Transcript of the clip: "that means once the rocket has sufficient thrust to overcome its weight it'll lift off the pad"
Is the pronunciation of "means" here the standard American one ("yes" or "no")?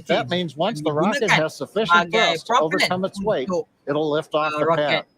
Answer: yes